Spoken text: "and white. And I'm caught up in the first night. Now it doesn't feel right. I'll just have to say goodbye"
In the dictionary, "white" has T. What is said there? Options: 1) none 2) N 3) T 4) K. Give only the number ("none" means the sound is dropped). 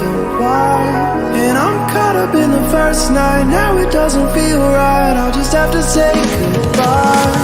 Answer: 1